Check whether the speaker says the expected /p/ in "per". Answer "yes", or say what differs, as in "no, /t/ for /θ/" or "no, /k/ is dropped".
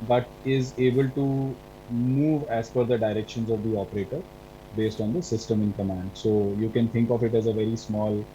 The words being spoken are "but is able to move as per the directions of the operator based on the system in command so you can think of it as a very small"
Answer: no, /f/ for /p/